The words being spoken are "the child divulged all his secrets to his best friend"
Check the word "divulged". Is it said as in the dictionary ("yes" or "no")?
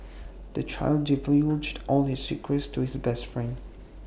no